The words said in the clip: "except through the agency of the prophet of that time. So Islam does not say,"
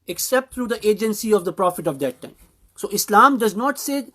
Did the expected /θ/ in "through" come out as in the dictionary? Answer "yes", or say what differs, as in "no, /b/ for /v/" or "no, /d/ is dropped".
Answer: no, /t/ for /θ/